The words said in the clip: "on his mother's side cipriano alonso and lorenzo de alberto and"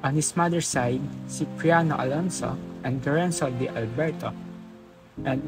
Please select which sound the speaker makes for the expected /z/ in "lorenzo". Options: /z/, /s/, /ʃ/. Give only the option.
/s/